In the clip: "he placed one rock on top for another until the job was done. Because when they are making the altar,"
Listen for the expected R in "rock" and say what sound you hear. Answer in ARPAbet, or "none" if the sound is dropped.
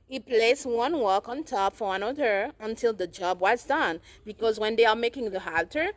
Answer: W